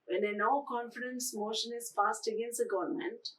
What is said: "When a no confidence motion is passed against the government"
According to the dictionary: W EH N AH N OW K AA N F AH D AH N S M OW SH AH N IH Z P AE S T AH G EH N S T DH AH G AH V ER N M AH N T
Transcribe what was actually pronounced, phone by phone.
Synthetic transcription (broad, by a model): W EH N AH N OW K AA N F AH D AH N S M OW SH AH N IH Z F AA S T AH G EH N S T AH G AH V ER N M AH N T